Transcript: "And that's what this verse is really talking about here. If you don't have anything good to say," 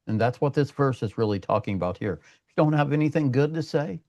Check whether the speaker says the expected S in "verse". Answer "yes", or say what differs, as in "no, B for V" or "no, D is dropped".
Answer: yes